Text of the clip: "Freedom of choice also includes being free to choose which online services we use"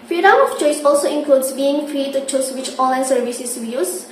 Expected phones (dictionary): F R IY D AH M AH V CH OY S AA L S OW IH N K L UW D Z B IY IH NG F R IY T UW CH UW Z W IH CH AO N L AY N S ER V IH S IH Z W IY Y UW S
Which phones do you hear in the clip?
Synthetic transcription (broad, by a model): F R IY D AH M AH F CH OY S AA L S OW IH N K L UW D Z B IY IH NG F R IY T UW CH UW S W IH CH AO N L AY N S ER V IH S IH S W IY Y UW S